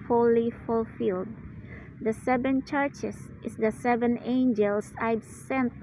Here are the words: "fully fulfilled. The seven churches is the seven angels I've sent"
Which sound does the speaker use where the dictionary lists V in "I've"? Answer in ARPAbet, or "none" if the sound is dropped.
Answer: B